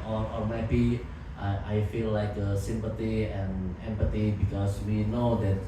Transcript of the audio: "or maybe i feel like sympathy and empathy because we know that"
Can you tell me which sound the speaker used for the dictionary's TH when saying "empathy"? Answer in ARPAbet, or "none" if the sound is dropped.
T